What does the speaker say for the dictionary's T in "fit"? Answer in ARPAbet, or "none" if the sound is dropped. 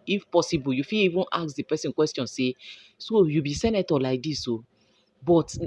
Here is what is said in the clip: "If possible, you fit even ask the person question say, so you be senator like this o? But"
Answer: none